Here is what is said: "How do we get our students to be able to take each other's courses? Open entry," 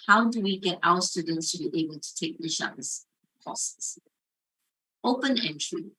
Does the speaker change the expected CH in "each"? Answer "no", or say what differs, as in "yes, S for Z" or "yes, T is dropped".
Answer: yes, SH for CH